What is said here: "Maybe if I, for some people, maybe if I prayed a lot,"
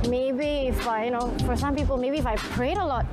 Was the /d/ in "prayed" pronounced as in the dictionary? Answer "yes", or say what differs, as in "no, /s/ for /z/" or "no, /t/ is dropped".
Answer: yes